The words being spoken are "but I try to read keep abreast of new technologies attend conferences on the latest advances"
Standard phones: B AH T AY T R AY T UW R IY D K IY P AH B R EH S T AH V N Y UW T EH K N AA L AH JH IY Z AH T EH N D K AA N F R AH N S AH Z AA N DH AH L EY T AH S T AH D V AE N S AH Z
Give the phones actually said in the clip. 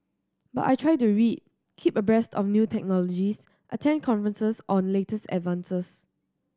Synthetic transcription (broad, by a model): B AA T AY T R AY T UW R IY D K IY P AH B R EH S T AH F N Y UW T EH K N AA L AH JH IY S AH T EH N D K AA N F R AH N S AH S AA N L EY T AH S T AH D V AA N S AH S